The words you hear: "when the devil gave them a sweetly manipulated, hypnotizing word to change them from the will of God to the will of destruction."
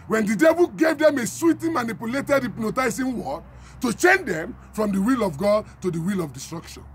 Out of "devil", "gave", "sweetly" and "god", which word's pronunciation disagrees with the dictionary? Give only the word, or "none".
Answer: sweetly